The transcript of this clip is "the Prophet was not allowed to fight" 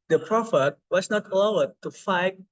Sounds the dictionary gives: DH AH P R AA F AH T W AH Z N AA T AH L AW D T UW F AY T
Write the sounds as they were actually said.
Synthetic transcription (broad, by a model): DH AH P R AA F AH T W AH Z N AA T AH L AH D T UW F AY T